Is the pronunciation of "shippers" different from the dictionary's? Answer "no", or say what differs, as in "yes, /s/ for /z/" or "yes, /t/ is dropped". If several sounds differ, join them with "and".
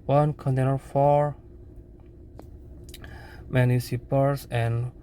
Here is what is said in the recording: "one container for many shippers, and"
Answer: yes, /s/ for /ʃ/ and /s/ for /z/